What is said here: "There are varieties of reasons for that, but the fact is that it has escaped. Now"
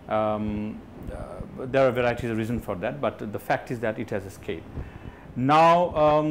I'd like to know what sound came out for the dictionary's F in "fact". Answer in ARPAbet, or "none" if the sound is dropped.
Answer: F